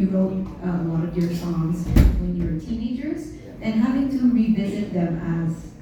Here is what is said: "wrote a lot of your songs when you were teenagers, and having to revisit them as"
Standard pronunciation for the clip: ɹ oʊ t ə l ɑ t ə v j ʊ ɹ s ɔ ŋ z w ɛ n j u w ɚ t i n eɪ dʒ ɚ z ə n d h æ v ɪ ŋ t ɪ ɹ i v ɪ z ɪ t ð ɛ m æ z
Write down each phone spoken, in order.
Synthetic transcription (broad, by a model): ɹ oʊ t ə l ɑ t ə v j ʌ ɹ s ɔ ŋ z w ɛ n j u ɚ t i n eɪ dʒ ɚ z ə n h æ v ɪ ŋ t ɪ ɹ i v ɪ z ɪ t ð ɛ m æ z